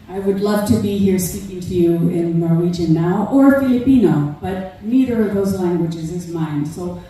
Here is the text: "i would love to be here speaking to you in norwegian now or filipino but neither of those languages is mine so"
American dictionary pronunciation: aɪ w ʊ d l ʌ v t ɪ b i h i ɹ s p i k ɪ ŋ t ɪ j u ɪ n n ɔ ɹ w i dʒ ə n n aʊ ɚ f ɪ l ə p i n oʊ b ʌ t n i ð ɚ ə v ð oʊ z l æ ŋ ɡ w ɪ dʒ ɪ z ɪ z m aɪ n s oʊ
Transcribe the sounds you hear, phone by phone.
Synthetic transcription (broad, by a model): aɪ w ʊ d l ʌ v t ɪ b i h i ɹ s p i k ɪ ŋ t ɪ j u ɪ n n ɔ ɹ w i dʒ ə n n aʊ ɚ f ɪ l ə p i n oʊ b ʌ t n i ð ɚ ə v ð oʊ z l æ ŋ ɡ w ɪ dʒ ɪ z ɪ z m aɪ n s oʊ